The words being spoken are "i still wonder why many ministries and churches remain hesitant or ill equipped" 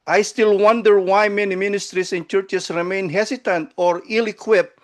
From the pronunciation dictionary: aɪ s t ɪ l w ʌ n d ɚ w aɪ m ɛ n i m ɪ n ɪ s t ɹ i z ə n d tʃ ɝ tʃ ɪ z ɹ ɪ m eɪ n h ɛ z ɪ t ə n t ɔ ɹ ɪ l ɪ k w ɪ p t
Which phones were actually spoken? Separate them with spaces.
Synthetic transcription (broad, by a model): aɪ s t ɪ l w ʌ n d ɚ w aɪ m ɛ n i m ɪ n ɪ s t ɹ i s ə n tʃ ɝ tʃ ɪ s ɹ ɪ m eɪ n h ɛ s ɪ t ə n t ɔ ɹ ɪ l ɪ k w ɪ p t